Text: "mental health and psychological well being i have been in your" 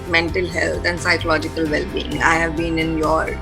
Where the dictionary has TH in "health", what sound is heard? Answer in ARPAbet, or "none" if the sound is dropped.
T